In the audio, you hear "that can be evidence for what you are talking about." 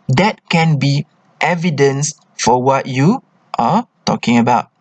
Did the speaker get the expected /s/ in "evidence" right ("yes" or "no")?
yes